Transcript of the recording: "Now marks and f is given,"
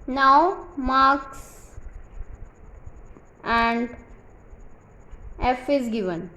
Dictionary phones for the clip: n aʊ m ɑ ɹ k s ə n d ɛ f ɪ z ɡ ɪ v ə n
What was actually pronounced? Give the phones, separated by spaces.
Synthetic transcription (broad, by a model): n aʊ m ɑ ɹ k s ə n d ɛ f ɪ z ɡ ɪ v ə n